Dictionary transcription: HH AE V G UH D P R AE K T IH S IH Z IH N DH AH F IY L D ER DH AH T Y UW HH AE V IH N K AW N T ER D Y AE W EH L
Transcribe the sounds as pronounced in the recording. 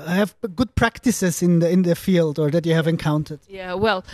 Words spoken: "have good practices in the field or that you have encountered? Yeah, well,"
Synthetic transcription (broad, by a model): HH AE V G UH D P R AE K T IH S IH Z IH N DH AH F IY L D ER DH AH T Y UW HH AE V IH N K AW N T ER D Y AE W EH L